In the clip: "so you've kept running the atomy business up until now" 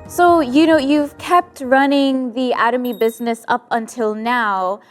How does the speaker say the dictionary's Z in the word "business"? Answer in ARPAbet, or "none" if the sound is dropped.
Z